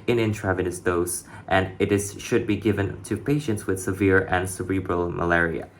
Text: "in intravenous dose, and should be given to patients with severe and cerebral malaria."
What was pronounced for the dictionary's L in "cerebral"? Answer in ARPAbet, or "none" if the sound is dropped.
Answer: L